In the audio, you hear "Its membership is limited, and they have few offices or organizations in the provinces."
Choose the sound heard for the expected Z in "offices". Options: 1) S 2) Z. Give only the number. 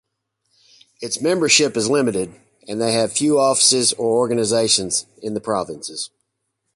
2